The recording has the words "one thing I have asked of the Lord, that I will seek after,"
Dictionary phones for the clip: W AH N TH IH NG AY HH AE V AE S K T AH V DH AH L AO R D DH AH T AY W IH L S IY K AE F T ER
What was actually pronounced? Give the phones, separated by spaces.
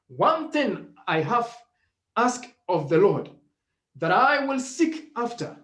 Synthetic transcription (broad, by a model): W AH N TH IH NG AY HH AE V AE S K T AH V DH AH L AO R D DH AH T AY W IH L S IY K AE F T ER